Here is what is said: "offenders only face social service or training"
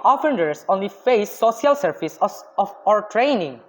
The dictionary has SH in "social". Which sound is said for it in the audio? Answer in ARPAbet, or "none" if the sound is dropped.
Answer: none